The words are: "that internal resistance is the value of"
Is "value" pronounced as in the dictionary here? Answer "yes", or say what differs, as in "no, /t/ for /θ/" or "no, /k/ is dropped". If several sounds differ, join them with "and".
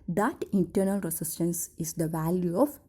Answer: yes